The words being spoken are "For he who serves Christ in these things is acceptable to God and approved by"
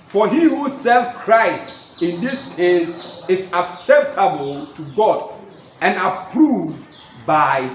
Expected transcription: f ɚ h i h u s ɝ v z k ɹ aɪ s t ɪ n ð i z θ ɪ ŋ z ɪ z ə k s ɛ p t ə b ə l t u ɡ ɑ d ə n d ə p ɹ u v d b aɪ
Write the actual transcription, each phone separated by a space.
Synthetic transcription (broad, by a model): f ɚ h i h u s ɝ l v k ɹ aɪ s t ɪ n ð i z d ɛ z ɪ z ə k s ɛ p t ə b ə l t u ɡ ɑ d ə n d ə p ɹ u v d b aɪ